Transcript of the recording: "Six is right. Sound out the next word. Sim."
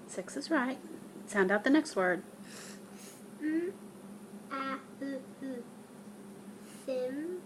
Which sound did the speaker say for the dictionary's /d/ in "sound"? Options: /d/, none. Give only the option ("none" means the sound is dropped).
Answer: /d/